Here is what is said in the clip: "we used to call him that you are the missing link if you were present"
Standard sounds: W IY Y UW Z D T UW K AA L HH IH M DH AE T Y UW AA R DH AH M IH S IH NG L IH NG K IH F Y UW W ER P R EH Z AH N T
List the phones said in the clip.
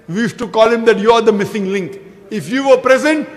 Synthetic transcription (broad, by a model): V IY Y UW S T UW K AA L HH IH M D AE T Y UW AA R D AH M IH S IH NG L IH NG K IH F Y UW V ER P R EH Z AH N T